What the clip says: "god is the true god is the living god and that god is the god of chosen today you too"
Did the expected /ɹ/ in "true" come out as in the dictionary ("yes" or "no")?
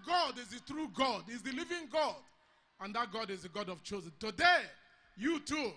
yes